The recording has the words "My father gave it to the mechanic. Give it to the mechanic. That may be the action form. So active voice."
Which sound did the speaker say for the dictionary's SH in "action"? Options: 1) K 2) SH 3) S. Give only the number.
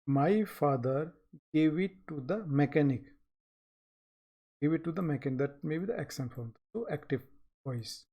3